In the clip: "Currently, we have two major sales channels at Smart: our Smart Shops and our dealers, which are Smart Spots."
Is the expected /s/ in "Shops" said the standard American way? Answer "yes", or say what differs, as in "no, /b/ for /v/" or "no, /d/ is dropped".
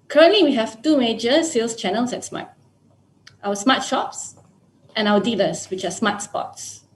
yes